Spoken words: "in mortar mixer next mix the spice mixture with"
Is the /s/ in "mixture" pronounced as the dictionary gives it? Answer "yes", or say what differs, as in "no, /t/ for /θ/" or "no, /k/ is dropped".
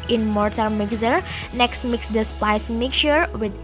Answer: no, /s/ is dropped